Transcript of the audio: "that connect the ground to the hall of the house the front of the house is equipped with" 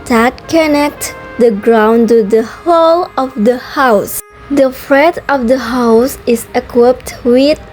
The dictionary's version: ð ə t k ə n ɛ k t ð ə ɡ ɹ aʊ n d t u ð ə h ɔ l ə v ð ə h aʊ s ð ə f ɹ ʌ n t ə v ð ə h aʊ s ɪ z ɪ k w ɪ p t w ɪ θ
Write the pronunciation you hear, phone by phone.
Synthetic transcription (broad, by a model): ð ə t k ə n ɛ k t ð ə ɡ ɹ aʊ n t u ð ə h ɔ l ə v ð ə h aʊ s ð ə f ɹ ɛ t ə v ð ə h aʊ s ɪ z ɪ k w ɪ p t w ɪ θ